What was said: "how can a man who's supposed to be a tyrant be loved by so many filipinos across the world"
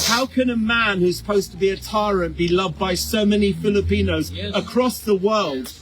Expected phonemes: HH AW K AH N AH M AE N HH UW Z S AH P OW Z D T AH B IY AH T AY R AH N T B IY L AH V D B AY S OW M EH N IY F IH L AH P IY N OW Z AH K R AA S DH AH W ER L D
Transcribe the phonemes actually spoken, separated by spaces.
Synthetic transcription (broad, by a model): HH AW K AH N AH M AE N HH UW Z S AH P OW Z T AH B IY AH T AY R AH N B IY L AH V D B AY S OW M EH N IY F IH L AH P IY N OW Z AH K R AA S DH AH W ER L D